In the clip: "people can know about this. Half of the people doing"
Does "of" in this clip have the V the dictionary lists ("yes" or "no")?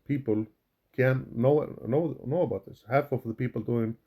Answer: no